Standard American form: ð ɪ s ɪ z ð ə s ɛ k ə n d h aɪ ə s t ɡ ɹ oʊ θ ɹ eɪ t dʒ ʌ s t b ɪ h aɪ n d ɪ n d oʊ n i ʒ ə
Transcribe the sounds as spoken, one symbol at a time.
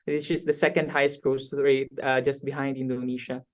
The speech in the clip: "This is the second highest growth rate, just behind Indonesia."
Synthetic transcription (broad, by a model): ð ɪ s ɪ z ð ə s ɛ k ə n d h aɪ ə s t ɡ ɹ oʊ s ɹ eɪ t dʒ ʌ s t b ɪ h aɪ n d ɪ n d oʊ n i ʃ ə